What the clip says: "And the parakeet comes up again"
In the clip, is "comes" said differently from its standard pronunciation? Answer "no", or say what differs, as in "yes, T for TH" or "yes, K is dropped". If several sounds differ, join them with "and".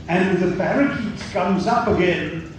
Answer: no